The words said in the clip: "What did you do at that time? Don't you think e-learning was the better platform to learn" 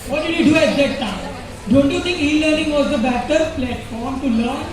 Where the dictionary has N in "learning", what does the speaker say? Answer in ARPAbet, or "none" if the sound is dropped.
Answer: N